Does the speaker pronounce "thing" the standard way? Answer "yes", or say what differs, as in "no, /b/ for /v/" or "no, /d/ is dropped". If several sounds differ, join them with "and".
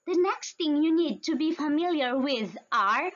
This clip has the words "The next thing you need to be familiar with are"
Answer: no, /t/ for /θ/